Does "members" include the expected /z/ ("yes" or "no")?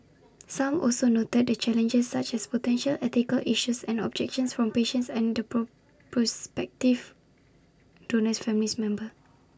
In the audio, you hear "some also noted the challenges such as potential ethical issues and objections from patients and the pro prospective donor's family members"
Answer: no